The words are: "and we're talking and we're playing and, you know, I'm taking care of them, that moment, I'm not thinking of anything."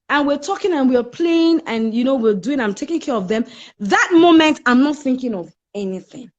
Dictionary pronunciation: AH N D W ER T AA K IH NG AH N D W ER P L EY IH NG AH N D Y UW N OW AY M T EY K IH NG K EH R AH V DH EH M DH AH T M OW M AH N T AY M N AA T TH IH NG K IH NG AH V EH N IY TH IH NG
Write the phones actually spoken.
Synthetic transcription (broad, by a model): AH N W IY T AA K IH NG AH N W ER P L EY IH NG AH N Y UW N OW AY M T EY K IH NG K EH R AH V DH EH M DH AH T M OW M AH N T AY M N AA T TH IH NG K IH NG AH V EH N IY TH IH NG